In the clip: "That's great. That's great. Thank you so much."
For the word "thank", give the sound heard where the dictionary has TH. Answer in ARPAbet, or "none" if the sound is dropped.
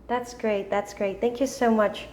TH